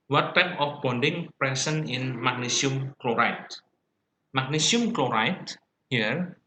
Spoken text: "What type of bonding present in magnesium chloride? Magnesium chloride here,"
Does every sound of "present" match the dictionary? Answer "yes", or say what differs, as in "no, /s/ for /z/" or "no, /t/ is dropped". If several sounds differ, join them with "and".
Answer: no, /s/ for /z/ and /t/ is dropped